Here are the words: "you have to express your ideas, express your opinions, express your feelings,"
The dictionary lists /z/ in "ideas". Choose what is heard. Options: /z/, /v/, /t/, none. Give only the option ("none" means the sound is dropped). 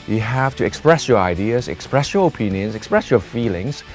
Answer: /z/